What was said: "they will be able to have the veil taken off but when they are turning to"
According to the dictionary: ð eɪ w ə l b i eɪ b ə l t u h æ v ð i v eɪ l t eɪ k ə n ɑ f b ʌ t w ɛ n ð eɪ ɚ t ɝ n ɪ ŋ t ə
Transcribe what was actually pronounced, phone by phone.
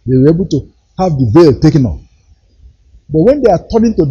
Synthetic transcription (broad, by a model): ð eɪ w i eɪ b ə l t u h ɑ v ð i v eɪ l t eɪ k ə n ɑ p b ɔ t w ɛ n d eɪ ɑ t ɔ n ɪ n t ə